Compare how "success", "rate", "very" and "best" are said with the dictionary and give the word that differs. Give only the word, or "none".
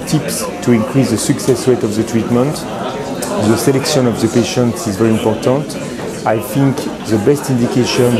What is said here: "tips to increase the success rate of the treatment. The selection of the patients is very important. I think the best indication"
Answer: rate